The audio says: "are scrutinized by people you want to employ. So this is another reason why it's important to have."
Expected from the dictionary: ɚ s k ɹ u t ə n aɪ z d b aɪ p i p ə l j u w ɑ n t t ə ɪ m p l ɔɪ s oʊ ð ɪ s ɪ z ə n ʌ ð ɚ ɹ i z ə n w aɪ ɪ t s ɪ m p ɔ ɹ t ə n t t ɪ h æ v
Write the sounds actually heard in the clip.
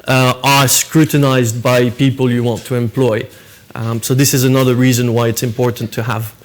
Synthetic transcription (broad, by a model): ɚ s k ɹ u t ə n aɪ z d b aɪ p i p ə l j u w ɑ n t t ə ɪ m p l ɔɪ s oʊ ð ɪ s ɪ z ə n ʌ ð ɚ ɹ i z ə n w aɪ ɪ t s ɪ m p ɔ ɹ t n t t ɪ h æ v